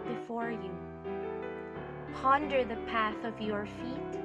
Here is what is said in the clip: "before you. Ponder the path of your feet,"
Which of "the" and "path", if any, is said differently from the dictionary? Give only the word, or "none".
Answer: none